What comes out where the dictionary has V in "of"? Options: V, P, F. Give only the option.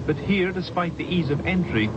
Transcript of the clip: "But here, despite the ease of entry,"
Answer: V